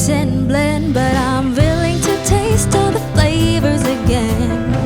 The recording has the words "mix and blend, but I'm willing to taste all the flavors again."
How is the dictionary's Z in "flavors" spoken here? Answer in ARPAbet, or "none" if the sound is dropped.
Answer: Z